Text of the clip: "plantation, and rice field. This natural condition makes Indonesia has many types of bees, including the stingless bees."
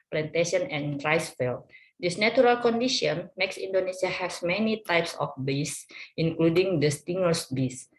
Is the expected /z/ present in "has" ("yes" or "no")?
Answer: no